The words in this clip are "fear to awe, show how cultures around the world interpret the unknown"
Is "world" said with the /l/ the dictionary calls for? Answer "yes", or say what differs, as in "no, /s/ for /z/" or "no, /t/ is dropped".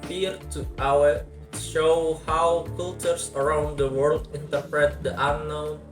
yes